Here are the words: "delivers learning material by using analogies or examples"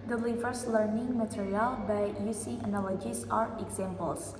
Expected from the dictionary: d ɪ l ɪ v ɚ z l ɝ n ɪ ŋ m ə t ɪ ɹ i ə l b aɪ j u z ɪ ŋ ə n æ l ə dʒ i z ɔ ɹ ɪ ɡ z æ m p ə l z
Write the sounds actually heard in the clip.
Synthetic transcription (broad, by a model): d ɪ l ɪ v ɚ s l ɝ n ɪ ŋ m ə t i ɹ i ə l b aɪ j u s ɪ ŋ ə n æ l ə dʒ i s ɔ ɹ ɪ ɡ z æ m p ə l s